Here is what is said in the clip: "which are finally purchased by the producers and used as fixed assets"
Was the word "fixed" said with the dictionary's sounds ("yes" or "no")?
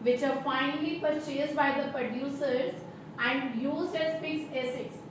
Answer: no